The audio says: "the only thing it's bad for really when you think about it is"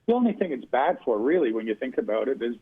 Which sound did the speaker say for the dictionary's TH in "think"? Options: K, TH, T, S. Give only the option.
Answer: TH